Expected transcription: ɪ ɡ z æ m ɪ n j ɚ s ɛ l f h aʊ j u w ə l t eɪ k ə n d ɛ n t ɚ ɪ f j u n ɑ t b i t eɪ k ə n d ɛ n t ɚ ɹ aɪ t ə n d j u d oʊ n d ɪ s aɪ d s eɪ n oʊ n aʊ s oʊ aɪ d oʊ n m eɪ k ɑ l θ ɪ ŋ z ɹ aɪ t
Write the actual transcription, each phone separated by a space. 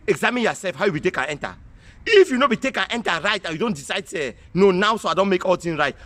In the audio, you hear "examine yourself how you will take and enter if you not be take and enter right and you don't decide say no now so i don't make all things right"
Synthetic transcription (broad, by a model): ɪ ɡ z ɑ m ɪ n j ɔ s ɛ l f h aʊ j u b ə t eɪ k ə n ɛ n t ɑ ɪ f j u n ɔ b i t eɪ k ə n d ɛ n t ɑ ɹ aɪ t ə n j u d oʊ n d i s aɪ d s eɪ n oʊ n aʊ s oʊ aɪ d oʊ n m eɪ k ɑ l t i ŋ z ɹ aɪ t